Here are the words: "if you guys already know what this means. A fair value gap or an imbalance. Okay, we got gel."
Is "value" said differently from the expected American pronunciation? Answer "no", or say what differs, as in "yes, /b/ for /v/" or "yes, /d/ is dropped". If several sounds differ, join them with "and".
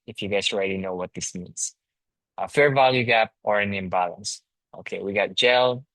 no